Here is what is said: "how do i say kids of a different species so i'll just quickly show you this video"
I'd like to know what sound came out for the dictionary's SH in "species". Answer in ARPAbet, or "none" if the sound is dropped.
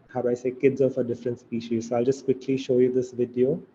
SH